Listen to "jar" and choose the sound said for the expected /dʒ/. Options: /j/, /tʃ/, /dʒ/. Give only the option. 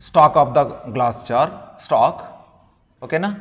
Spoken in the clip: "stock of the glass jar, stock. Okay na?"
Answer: /tʃ/